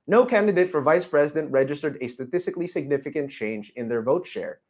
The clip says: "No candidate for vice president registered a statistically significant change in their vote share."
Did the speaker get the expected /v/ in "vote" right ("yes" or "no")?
yes